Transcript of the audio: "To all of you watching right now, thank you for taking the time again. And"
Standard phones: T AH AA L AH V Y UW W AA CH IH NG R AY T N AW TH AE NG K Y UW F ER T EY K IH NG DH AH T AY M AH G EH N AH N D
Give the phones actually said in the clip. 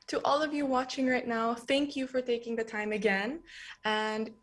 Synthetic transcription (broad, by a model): T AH AA L AH V Y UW W AA CH IH NG R AY T N AW TH AE NG K Y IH F ER T EY K IH NG DH AH T AY M AH G EH N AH N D